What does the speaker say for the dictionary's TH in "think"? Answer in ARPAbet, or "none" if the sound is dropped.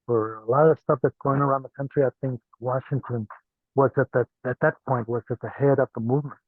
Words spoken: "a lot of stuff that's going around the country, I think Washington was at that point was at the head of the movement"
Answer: TH